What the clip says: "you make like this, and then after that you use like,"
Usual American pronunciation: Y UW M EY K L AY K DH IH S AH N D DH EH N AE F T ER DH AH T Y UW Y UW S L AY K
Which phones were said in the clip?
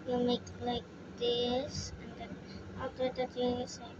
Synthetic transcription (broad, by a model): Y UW M EY K L AY K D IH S AH N D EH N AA T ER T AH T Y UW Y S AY